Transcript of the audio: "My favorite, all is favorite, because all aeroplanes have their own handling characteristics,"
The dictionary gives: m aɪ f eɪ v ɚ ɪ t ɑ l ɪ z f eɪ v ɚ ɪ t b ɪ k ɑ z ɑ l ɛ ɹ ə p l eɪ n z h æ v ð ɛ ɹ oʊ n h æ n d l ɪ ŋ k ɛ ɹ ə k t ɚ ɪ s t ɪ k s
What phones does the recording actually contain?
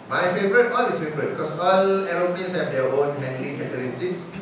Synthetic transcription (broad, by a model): m aɪ f eɪ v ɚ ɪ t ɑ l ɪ s f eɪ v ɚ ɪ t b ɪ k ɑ s ɑ l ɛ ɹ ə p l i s h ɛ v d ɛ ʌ oʊ n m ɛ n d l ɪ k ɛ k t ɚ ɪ s t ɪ k s